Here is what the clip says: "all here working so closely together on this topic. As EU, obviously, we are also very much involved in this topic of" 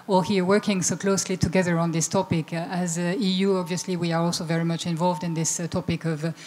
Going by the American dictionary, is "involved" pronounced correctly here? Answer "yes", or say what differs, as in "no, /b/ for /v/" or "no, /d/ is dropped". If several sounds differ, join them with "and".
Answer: yes